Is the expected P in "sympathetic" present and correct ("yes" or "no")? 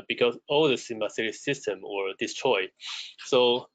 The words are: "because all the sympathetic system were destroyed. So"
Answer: no